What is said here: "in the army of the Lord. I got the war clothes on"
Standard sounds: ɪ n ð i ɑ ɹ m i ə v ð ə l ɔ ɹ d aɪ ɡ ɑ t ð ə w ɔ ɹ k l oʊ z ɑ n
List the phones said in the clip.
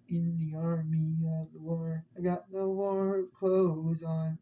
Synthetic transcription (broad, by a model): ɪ n ð i ɑ ɹ m i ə ð ə w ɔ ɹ aɪ ɡ ɑ t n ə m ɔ ɹ k l oʊ z n